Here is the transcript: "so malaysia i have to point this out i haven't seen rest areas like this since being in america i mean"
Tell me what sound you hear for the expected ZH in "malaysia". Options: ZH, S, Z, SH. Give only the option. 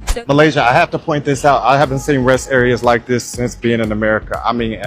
ZH